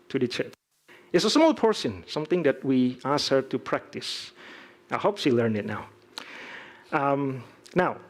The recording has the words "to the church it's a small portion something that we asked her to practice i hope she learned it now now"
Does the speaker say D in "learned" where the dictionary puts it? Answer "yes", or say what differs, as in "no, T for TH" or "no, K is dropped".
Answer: no, D is dropped